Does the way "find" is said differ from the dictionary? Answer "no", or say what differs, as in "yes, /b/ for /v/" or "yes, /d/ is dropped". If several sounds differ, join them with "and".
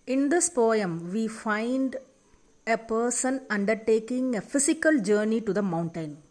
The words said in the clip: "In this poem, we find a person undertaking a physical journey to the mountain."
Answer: no